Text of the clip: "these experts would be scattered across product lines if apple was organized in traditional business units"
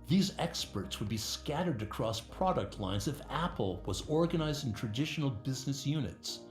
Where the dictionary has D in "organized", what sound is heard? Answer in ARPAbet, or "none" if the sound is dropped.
D